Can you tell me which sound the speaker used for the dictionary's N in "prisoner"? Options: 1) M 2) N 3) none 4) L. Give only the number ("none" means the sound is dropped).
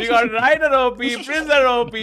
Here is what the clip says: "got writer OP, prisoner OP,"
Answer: 3